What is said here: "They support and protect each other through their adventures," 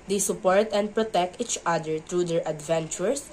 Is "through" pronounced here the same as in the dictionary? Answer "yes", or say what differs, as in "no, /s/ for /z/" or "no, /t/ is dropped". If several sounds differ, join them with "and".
no, /t/ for /θ/